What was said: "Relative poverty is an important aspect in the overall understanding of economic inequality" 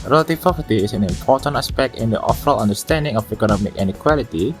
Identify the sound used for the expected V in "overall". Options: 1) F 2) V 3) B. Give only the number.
1